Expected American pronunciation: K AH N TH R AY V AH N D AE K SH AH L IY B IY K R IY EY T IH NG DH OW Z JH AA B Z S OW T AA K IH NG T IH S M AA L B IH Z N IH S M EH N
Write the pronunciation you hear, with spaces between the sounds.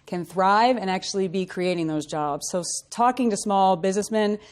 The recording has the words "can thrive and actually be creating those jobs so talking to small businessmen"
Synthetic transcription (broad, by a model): K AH N TH R AY V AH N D AE K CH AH L IY B IY K R IY EY T IH NG DH OW Z JH AA B Z S OW T AA K IH NG T IH S M AA L B IH Z N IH S M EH N